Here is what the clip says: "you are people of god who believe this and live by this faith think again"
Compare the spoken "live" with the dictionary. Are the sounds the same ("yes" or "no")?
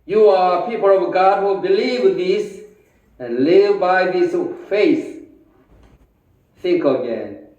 yes